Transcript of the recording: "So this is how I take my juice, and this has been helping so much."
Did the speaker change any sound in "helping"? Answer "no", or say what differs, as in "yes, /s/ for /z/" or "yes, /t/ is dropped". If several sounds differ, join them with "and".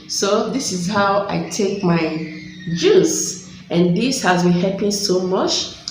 yes, /l/ is dropped